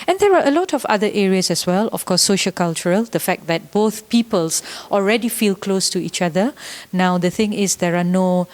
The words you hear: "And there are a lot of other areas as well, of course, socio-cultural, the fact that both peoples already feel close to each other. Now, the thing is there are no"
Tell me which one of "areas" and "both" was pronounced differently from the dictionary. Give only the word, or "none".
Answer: areas